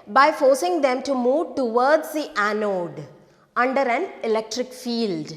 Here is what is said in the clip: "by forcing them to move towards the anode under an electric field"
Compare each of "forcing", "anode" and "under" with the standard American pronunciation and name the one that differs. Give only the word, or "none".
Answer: none